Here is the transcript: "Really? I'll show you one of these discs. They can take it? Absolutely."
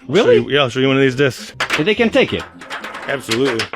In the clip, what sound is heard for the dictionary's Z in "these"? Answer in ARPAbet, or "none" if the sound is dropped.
Z